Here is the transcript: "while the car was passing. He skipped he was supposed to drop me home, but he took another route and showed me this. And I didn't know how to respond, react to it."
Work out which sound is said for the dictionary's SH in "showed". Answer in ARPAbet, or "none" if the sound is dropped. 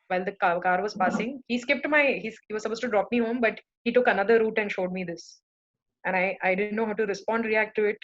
SH